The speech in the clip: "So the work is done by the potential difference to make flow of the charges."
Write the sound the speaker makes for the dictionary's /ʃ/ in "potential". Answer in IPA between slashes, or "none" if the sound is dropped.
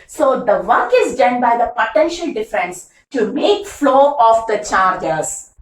/ʃ/